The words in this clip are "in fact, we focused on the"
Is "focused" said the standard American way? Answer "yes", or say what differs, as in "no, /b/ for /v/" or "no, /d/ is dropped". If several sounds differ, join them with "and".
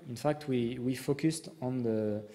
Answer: yes